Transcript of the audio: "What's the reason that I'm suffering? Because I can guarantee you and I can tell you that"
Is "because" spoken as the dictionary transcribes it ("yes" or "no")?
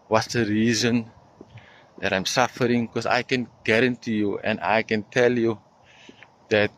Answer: no